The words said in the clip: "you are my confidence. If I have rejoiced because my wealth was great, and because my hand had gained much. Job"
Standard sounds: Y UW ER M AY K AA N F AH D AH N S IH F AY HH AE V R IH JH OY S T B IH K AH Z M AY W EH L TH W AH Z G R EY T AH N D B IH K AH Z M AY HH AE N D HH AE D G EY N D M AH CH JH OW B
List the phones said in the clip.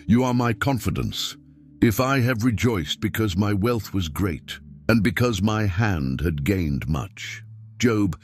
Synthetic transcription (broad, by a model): Y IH ER M AY K AA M F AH D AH N S IH F AY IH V R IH JH OY S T B IH K AH Z M AY W EH L TH W AH Z G R EY T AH N B IH K AH Z M AY HH AE N D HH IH D G EY N D M AH CH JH OW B